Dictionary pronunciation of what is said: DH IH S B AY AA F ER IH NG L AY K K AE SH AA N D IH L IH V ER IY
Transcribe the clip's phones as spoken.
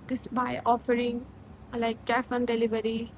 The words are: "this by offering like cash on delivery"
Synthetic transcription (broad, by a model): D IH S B AY AA F ER IH NG L AY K K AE S AA N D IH L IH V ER IY